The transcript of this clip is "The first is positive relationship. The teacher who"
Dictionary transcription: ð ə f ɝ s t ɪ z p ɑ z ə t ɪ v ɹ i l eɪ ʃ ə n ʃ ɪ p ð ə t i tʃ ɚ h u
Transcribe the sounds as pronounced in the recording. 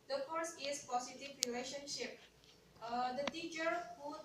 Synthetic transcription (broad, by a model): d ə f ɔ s ɪ s p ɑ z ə t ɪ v ɹ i l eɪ ʃ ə n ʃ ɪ p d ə t i tʃ ɚ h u